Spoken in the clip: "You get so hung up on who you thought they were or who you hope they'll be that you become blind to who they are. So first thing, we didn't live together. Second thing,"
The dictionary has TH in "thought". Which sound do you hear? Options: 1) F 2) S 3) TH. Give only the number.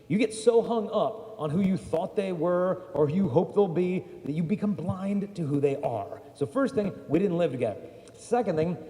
3